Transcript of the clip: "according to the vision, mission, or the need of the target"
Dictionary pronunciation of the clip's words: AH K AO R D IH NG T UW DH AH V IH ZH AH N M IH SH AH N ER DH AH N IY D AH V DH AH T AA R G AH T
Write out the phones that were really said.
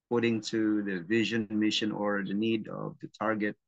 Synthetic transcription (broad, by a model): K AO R D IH NG T UW DH AH V IH ZH AH N M IH SH AH N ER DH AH N IY D AH V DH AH T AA R G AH T